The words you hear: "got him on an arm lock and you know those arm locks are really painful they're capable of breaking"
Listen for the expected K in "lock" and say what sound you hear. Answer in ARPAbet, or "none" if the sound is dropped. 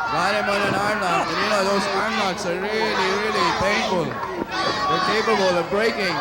none